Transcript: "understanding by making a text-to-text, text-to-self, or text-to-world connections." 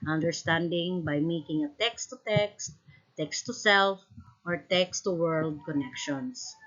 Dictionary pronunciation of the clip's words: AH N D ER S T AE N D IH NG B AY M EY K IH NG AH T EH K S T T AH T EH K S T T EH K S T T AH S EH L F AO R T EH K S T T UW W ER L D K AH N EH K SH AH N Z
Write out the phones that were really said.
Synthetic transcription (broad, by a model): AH N D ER S T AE N D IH NG B AY M EY K IH NG AH T EH K S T T AH T EH K S T T EH K S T T AH S EH L F AO R T EH K S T T UW W ER L D K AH N EH K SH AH N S